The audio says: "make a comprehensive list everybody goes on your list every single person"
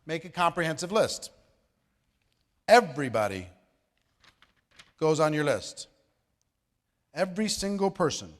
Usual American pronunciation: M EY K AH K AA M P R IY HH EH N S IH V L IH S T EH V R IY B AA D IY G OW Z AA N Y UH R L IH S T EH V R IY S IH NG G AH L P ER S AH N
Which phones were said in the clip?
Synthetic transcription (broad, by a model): M EY K AH K AA M P R IY HH EH N S IH V L IH S T EH V R IY B AA D IY G OW Z N Y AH R L IH S T EH V R IY S IH NG G L P ER S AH N